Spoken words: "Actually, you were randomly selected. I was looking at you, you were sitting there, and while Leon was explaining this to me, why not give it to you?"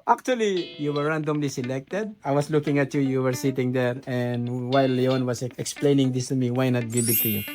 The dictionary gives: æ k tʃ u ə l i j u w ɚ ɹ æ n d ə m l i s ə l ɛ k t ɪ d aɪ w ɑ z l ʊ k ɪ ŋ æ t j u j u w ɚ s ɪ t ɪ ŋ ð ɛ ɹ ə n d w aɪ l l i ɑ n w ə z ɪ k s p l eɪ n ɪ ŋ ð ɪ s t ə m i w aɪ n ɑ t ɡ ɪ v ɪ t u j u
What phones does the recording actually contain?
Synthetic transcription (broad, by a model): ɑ k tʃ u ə l i j u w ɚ ɹ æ n d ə m l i s ə l ɛ k t ɪ d aɪ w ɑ s l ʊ k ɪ ŋ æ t j u j u w ɚ s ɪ t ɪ ŋ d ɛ ɹ ə n d w aɪ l l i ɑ n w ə s ɪ k s p l eɪ n ɪ ŋ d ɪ s t ə m i w aɪ n ɑ t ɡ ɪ b ɪ t u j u